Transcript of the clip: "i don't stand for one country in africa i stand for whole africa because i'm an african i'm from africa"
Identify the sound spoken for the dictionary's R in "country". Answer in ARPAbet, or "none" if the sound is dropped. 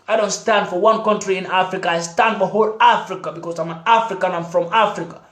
R